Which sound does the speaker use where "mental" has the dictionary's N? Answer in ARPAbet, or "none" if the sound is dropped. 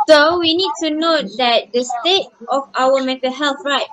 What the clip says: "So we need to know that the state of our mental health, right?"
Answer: none